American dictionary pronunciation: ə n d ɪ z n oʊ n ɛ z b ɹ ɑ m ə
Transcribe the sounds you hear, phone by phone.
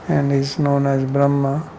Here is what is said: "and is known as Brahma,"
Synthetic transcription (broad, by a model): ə n d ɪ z n oʊ n ɛ z b ɹ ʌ m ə